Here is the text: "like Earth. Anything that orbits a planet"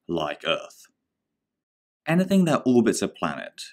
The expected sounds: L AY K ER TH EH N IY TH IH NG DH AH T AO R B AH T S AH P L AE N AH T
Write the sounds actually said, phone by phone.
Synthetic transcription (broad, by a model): L AY K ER TH EH N IY TH IH NG DH AH T AO L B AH T S AH P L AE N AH T